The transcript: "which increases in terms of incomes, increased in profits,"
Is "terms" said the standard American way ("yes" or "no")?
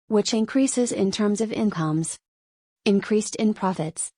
yes